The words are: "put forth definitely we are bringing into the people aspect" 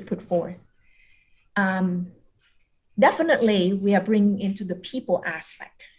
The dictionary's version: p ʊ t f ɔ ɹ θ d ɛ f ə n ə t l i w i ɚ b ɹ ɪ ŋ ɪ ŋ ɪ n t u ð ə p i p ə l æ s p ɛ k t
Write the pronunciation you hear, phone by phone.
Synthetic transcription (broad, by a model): p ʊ t f ɔ ɹ θ d ɛ f ə n ə t l i w i ɚ b ɹ ɪ ŋ ɪ ŋ ɪ n t u ð ə p i p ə l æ s p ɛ k t